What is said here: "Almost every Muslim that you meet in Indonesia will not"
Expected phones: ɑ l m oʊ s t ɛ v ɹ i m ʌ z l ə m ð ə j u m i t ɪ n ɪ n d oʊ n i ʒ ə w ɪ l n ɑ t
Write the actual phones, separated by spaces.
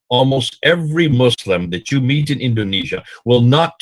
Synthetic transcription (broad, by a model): ɑ l m oʊ s t ɛ v ɹ i m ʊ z l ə m ð ə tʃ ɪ m i t ɪ n ɪ n d oʊ n i ʒ ə w ɪ l n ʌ t